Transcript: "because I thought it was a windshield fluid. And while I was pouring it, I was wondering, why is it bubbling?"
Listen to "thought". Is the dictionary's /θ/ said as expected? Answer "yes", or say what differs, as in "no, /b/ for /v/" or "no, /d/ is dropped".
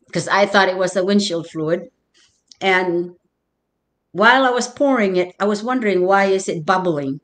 yes